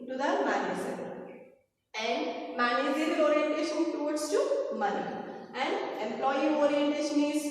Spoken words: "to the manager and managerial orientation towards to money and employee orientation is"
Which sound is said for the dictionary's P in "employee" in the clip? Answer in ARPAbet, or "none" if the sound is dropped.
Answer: P